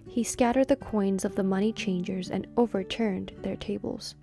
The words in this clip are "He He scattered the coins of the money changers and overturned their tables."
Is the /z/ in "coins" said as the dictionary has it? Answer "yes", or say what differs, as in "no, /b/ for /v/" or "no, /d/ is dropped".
yes